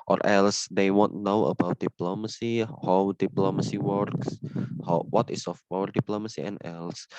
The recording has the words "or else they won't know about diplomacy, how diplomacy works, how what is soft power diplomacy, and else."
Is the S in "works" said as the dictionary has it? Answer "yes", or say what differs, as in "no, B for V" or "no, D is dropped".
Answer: yes